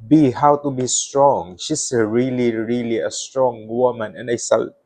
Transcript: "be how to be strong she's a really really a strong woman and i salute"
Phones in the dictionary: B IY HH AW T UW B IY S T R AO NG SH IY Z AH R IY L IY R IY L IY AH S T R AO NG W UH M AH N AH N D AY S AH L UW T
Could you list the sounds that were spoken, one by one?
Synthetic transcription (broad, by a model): B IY HH AW T UW B IY S T R AO NG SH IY S AH R IY L IY R IY L IY AH S T R AO NG W UH M AH N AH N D AY S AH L